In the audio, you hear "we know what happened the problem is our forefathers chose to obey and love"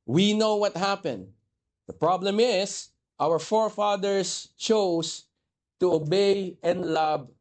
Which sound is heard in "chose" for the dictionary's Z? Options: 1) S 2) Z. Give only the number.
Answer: 1